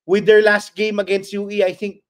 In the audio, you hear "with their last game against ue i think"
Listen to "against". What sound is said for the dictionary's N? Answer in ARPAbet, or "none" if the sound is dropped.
N